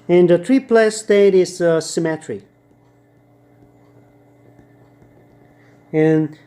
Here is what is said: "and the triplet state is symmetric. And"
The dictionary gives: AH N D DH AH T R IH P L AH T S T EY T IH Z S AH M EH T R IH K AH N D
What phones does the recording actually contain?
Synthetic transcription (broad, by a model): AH N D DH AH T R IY P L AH S T EY T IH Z S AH M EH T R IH AH N